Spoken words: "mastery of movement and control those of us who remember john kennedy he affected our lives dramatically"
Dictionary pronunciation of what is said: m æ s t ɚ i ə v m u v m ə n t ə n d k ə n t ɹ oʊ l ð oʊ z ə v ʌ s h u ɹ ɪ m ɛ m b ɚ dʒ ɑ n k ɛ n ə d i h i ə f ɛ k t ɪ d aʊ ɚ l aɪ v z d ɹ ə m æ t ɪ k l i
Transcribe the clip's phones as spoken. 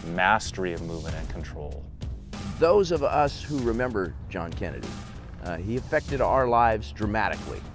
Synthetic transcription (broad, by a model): m æ s t ɚ i ə v m u v m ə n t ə n k n t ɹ oʊ l ð oʊ z ə v ʌ s h u ɹ ɪ m ɛ m b ɚ dʒ ɑ n k ɛ n ə d i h i ə f ɛ k t ɪ d aʊ ɚ l aɪ v z d ɹ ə m æ t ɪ k l i